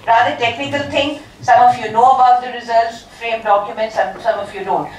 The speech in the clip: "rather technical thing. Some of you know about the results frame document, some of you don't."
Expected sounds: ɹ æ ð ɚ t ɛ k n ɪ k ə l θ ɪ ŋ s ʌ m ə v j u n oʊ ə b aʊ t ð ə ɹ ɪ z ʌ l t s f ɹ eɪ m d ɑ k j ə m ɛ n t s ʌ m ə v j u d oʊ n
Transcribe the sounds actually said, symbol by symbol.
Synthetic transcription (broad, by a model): ɹ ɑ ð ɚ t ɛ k n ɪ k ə l t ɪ ŋ s ʌ m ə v j u n oʊ ə b aʊ t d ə ɹ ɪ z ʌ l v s f ɹ eɪ m d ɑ k j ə m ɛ n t s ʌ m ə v j u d oʊ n